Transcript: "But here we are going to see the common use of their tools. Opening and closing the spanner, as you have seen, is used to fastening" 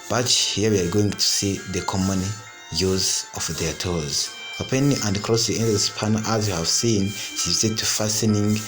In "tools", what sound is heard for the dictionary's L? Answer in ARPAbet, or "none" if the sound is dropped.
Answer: none